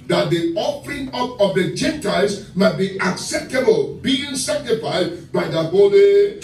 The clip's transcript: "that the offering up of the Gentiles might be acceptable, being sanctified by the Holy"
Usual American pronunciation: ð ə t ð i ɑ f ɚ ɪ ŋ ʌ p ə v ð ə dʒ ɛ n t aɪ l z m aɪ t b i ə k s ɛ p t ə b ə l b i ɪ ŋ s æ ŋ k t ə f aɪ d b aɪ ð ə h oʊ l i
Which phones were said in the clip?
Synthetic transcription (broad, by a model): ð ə t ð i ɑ f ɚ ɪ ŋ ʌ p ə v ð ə dʒ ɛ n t aɪ z m aɪ t b i ə k s ɛ p t ə b ə l b i ɪ ŋ s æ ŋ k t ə f aɪ d b aɪ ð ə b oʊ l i